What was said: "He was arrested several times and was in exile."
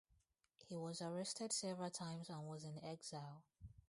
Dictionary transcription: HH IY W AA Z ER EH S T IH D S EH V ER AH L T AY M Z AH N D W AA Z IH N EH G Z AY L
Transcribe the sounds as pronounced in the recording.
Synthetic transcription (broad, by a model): HH IY W AA Z ER EH S T IH D S EH V ER AH L T AY M Z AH N W AA Z IH N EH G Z AY L